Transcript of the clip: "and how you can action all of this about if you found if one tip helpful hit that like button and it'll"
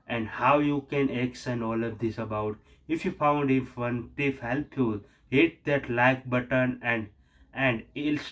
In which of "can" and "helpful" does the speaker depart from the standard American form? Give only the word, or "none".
helpful